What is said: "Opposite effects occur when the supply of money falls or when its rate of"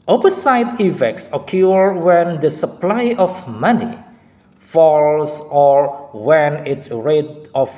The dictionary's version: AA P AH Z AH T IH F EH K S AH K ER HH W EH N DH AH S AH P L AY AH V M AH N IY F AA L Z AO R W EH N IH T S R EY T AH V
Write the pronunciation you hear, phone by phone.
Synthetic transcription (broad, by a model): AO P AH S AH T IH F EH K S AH K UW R W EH N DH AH S AH P L AY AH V M AH N IY F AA L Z AO R W EH N IH T S R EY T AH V